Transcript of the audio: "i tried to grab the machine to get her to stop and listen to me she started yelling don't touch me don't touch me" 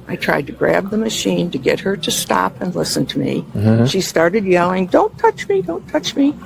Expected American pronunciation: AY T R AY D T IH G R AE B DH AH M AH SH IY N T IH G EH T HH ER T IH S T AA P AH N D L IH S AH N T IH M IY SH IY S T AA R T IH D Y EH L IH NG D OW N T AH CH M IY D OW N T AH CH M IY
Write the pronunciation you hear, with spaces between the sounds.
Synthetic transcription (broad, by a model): AY T R AY D T IH G R AE B DH AH M AH SH IY N T IH G EH T HH ER T IH S T AA P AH N L IH S AH N T IH M IY SH IY S T AA R T IH D Y EH L IH NG D OW N T AH CH M IY D OW N T AH CH M IY